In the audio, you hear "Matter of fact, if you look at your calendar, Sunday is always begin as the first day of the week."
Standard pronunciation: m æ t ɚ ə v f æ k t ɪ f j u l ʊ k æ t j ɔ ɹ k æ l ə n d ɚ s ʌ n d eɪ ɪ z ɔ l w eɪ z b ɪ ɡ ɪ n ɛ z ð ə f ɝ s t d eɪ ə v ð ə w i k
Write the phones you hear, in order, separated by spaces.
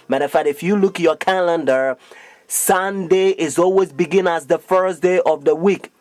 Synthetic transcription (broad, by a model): m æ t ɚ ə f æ t ɪ f j u l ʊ k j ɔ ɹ k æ l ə n d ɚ s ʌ n d eɪ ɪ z ɔ l w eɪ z b ɪ ɡ ɪ n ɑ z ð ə f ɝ s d eɪ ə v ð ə w i k